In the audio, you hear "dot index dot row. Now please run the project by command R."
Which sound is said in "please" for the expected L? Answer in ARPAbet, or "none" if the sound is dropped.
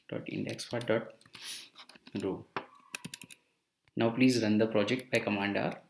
L